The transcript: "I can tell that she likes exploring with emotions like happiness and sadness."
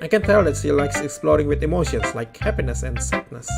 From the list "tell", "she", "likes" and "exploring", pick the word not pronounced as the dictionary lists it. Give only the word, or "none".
she